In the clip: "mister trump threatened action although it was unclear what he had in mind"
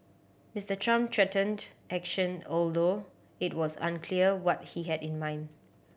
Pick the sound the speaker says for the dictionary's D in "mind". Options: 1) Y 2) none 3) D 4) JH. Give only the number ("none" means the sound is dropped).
3